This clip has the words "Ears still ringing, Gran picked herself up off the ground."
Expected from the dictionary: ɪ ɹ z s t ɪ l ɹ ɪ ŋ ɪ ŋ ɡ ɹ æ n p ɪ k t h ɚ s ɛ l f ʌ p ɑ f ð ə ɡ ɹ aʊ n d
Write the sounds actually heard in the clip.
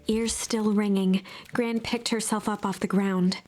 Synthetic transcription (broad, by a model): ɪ ɹ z s t ɪ l ɹ ɪ ŋ ɪ ŋ ɡ ɹ æ n p ɪ k t h ɚ s ɛ l f ʌ p ɑ f ð ə ɡ ɹ aʊ n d